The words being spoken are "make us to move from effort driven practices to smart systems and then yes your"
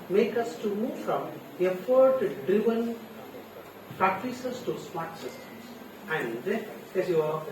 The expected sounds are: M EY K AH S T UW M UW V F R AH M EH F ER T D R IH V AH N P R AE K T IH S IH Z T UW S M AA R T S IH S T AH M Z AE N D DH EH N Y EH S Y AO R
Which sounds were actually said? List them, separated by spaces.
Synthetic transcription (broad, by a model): M EY K AH S T UW M UW V F R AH M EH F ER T D R IH V AH N P R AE K T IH S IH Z T UW S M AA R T S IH S T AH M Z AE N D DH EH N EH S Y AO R